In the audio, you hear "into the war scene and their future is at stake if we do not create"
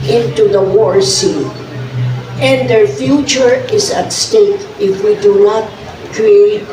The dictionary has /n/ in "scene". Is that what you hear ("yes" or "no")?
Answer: no